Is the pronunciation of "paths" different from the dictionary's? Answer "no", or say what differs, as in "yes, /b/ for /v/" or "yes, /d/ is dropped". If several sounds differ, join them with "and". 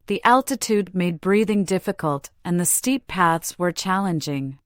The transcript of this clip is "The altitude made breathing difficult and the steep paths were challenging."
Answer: no